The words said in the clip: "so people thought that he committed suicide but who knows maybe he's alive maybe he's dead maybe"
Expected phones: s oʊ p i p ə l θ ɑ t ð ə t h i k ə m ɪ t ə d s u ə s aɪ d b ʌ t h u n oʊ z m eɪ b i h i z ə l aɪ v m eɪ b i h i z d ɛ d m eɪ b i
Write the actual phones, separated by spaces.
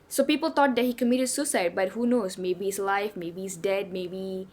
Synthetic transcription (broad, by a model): s oʊ p i p ə l t ɑ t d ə t h i k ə m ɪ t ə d s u s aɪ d b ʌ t h u n oʊ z m eɪ b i i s l aɪ f m eɪ b i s d ɛ d m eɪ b i